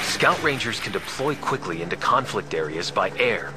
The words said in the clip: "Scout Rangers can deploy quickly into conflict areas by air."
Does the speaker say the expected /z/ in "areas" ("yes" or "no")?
yes